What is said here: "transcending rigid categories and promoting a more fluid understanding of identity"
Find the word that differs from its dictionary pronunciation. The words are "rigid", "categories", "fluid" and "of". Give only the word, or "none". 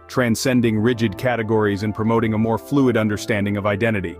none